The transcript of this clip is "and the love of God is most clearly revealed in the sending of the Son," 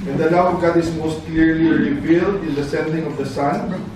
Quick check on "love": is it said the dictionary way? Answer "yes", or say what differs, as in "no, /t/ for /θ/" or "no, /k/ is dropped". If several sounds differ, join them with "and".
no, /w/ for /v/